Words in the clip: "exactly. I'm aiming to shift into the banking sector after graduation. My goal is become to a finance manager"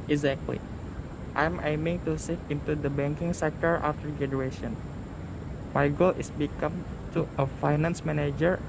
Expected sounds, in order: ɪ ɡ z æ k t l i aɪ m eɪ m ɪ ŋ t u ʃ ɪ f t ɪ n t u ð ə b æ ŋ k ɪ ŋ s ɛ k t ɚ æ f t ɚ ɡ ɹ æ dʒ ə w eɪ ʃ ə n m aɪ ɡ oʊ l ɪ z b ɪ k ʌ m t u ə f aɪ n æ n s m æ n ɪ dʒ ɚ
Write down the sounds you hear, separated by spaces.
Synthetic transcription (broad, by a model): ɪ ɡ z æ k t l i aɪ m eɪ m ɪ ŋ t u s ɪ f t ɪ n t u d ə b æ ŋ k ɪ ŋ s ɛ k t ɚ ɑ f t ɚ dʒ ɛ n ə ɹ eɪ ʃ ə n m aɪ ɡ oʊ l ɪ s b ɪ k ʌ m t u ə f aɪ n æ n s m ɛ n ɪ dʒ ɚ